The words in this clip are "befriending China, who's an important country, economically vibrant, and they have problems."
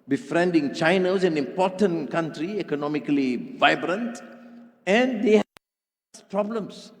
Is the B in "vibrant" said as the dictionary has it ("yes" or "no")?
yes